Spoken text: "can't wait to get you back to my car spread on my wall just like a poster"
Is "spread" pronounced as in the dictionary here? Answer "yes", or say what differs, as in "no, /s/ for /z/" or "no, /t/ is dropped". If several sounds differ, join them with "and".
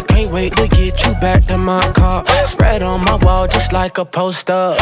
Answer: yes